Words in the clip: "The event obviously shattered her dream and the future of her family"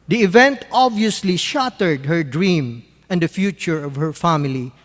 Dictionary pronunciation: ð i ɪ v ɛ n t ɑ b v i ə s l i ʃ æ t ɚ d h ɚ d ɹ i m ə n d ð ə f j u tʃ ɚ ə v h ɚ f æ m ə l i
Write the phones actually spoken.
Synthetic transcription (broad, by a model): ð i ɪ v ɛ n t ɑ b v i ə s l i ʃ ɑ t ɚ d h ɚ d ɹ i m ə n d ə f j u tʃ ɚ ə v h ɚ f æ m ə l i